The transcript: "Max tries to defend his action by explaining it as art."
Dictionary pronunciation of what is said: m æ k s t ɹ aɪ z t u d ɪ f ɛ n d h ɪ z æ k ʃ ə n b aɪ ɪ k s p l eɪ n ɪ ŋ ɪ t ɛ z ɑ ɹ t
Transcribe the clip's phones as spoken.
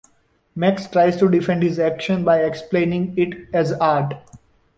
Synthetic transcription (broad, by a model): m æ k s t ɹ aɪ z t u d ɪ f ɛ n d h ɪ z æ k ʃ ə n b aɪ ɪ k s p l eɪ n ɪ ŋ ɪ t ɛ z ɑ ɹ t